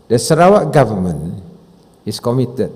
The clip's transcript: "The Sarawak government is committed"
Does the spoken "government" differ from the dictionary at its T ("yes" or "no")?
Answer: yes